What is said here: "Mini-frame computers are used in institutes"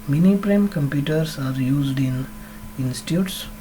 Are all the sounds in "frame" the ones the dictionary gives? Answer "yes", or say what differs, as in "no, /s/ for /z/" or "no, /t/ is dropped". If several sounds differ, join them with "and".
no, /p/ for /f/